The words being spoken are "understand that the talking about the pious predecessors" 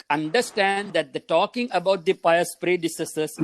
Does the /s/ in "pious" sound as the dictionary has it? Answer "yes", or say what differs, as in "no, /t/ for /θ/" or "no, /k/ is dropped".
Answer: yes